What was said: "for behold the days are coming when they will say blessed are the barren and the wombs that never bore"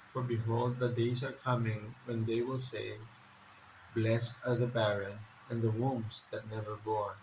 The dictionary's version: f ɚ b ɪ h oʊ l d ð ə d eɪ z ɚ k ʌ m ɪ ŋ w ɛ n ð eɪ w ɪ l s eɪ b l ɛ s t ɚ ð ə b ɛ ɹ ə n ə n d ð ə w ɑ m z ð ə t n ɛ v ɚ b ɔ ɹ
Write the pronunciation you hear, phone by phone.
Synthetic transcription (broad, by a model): f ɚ b ɪ h oʊ l d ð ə d eɪ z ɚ k ʌ m ɪ ŋ w ɛ n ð eɪ w ɪ l s eɪ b l ɛ s ɚ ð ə b ɛ ɹ ə n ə n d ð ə w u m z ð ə t n ɛ v ɚ b ɔ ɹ